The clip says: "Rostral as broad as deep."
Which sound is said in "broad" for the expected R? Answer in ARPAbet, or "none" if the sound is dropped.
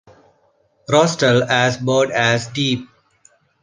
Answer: none